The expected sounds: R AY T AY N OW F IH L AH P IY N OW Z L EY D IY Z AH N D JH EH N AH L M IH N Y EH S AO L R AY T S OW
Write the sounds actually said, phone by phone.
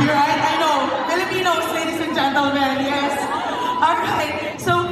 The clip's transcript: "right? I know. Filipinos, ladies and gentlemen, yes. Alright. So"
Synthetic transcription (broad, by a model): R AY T AY N OW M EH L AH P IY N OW S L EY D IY S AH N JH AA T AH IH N Y EH S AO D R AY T S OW